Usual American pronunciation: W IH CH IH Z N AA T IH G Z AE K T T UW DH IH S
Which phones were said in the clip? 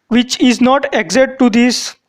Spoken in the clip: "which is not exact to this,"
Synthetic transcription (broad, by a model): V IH CH IH Z N AA T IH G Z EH T T UW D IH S